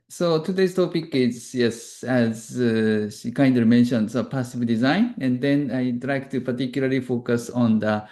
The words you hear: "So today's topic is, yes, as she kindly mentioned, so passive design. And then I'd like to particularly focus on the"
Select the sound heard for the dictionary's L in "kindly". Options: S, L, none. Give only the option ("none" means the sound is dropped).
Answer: none